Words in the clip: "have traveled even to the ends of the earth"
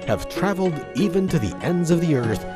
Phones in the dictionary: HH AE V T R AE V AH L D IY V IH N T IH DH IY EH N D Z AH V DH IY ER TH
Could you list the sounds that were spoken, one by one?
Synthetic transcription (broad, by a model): HH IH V T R AE V L D IY V IH N T IH DH IY EH N D Z AH V DH IY ER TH